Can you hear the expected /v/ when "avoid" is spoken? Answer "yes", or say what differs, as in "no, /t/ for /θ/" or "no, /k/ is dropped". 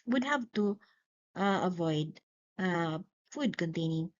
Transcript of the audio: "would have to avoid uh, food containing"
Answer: yes